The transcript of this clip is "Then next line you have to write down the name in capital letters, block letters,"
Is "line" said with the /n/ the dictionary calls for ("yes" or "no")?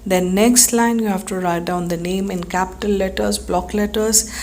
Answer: yes